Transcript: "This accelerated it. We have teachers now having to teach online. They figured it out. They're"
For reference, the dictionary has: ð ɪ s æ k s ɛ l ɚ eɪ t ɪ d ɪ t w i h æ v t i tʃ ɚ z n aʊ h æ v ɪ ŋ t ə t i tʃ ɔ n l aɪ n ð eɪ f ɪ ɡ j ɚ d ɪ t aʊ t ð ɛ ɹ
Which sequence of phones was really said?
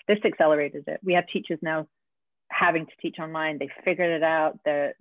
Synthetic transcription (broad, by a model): ð ɪ s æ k s ɛ l ɚ eɪ t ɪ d ɪ t w i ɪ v t i tʃ ɚ z n aʊ h æ v ɪ ŋ t ə t i tʃ ɔ n l aɪ n ð eɪ f ɪ ɡ j ɚ d ɪ t aʊ t ð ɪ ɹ